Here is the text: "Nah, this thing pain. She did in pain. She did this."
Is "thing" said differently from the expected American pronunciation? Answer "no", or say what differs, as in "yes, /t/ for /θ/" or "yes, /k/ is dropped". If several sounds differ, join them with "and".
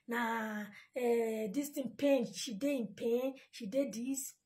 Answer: yes, /t/ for /θ/